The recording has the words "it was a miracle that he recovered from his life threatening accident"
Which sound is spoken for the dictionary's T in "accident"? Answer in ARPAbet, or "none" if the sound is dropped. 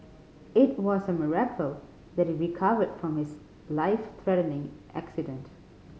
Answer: T